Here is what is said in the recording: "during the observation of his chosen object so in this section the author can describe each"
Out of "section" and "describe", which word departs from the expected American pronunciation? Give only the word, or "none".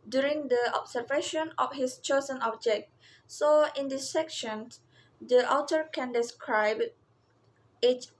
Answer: none